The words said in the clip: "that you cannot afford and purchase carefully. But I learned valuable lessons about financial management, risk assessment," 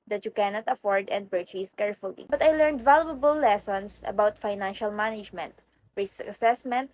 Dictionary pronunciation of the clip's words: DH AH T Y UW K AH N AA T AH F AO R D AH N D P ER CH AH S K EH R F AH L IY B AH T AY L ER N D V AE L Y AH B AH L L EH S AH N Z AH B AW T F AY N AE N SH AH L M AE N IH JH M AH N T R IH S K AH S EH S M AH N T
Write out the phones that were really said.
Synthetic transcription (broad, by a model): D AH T Y UW K AH N AA T AH F AO R D AH N D P ER CH AH S K EH R F AH L IY B AH T AY L ER N D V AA L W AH B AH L L EH S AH N S AH B AW T F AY N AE N SH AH L M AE N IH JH M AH N T R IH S AH S EH S M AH N T